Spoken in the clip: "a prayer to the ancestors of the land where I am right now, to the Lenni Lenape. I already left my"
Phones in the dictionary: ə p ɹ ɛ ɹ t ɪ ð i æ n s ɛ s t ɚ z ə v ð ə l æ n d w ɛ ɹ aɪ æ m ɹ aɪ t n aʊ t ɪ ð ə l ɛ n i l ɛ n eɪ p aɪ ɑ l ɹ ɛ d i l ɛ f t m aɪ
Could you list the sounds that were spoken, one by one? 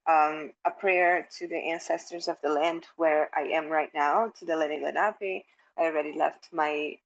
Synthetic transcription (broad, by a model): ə p ɹ ɛ ɹ t ɪ ð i æ n s ɛ s t ɚ z ə v ð ə l æ n d w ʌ ɹ aɪ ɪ m ɹ aɪ t n aʊ t ɪ ð ə l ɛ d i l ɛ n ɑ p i ɑ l ɹ ɛ d i l ɛ f t m aɪ